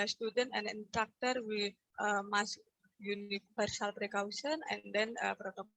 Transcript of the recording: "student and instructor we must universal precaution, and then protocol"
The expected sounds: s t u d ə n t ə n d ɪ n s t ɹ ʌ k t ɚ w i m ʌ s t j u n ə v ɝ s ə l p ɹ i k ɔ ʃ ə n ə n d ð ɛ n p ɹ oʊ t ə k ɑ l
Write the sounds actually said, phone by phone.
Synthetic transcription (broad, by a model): s t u d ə n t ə n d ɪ n t ɹ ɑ k t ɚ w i m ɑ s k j u n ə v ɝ s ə l p ɹ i k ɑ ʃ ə n ə n d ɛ n p ɹ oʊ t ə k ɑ